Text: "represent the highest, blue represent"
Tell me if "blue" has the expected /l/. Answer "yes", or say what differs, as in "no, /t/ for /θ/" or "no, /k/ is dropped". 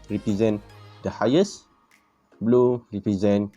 yes